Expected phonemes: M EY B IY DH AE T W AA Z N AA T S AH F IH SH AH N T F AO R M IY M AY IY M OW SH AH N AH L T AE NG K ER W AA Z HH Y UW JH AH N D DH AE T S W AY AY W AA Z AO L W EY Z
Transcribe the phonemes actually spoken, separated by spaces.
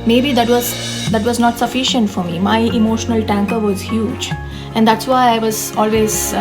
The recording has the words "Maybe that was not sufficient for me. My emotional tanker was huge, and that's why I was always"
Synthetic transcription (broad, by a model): M EY B IY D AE T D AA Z N AA T S AH F IH SH AH N T F AO R M IY M AY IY M OW SH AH N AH L T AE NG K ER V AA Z HH Y UW JH AH N D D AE T S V AY AY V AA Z AO L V EY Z